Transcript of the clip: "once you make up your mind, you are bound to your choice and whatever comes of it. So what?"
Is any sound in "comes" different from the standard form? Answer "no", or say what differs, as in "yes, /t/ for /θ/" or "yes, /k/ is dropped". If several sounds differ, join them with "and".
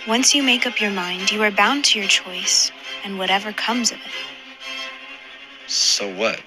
no